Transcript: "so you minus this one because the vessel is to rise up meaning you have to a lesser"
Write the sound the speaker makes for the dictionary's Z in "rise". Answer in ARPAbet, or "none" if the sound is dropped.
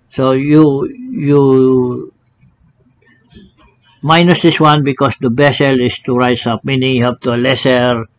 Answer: S